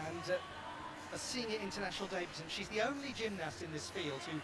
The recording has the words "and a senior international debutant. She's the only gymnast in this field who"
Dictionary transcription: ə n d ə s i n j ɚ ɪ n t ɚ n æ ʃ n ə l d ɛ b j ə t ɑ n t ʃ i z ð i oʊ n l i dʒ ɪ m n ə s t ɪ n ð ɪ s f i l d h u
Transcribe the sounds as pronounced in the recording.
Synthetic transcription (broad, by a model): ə n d ə s i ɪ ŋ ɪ ɪ n t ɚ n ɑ ʃ n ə l d ɛ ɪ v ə s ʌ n ʃ i z ð i oʊ n l i dʒ ɪ m n ə s t ɪ n ð ɪ s f i l d h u